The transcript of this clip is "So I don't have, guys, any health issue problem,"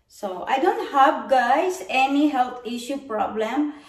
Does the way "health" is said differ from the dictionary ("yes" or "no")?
yes